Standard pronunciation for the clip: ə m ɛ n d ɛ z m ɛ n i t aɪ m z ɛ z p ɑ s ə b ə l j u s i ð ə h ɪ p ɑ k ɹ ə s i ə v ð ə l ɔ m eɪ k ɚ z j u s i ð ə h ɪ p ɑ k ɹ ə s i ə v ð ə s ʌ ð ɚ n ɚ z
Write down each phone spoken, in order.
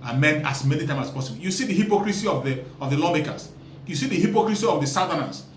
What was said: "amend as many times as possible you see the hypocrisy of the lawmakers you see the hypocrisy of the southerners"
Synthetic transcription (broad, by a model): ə m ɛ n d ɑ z m ɛ n i t aɪ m ɑ s p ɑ s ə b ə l j u s i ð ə h ɪ p ɑ k ɹ ə s i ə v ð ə l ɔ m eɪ k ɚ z j u s i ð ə h ɪ p ɑ k ɹ ə s i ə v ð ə s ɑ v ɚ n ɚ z